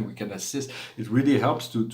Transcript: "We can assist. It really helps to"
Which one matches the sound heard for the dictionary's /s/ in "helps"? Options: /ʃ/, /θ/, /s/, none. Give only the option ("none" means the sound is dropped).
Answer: /s/